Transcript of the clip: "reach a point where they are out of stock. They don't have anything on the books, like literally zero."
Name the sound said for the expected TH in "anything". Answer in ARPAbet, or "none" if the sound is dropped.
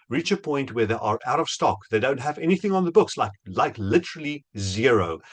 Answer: TH